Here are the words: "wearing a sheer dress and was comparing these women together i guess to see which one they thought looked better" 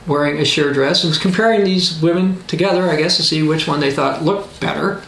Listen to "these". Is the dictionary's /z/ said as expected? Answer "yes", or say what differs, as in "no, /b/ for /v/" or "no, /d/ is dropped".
yes